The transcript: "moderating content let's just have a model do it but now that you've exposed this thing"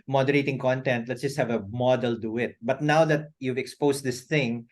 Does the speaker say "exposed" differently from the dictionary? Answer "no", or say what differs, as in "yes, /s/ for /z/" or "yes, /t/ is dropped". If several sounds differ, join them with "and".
yes, /s/ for /z/